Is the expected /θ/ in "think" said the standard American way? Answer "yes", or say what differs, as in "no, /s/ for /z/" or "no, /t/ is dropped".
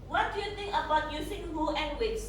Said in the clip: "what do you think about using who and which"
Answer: no, /t/ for /θ/